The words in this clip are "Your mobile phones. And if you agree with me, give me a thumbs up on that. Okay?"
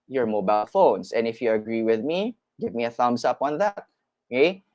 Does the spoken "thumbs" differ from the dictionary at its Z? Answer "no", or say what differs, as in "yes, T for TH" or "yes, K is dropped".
yes, S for Z